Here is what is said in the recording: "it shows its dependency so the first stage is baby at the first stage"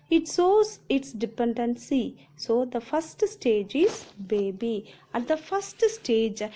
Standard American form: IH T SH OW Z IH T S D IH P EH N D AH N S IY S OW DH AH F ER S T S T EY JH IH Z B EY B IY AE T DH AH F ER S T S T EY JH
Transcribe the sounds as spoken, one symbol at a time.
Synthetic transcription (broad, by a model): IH T S OW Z IH T S D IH P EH N D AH N S IY S OW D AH F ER S T S T EY JH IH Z B EY B IY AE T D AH F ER S T S T EY JH